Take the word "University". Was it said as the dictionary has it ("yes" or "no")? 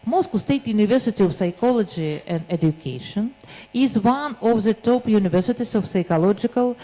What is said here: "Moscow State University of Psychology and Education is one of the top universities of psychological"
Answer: yes